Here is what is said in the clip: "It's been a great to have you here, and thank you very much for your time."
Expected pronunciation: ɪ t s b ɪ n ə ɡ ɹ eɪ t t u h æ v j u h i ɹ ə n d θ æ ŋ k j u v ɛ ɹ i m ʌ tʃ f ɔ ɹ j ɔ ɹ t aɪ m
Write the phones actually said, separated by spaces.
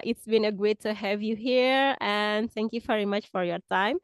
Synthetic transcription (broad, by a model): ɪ t s b ɪ n ə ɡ eɪ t t u h æ v j u h i ɹ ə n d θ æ ŋ k j u v ɛ ɹ i m ʌ tʃ f ɔ ɹ j ɔ ɹ t aɪ m